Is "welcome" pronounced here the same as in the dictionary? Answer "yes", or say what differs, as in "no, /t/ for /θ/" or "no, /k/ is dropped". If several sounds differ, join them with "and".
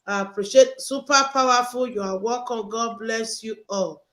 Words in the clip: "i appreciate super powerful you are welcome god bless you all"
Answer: no, /l/ is dropped